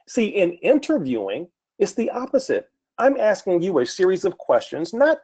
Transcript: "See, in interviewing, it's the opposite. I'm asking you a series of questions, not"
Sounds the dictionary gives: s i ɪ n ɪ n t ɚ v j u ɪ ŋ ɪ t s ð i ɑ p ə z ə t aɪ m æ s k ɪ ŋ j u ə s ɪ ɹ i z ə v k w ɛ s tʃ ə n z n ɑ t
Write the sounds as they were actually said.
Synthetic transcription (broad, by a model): s i ɪ n ɪ n t ɚ v j u ɪ ŋ ɪ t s ð i ɑ p ə z ə t aɪ m æ s k ɪ ŋ j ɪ ə s ɪ ɹ i z ə v k w ɛ s tʃ ə n z n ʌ t